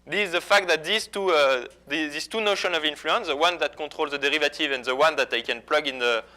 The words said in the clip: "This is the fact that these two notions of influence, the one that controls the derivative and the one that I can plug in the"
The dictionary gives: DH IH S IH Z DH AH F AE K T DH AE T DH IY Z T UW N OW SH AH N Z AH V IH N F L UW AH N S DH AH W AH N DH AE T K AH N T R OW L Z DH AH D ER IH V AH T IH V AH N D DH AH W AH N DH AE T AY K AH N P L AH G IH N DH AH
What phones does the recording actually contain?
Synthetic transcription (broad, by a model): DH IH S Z DH AH F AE K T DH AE T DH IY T T UW N OW SH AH N AH V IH N F L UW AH N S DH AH W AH N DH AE T K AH T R OW L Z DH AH D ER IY V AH T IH V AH N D DH AH W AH N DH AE T AY K AH N P L AH G IH N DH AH